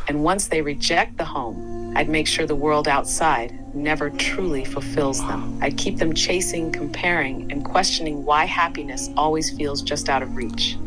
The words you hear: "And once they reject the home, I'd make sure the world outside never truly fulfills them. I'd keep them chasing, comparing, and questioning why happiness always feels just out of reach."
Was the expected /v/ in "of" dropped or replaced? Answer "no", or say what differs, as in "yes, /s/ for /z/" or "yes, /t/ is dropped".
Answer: no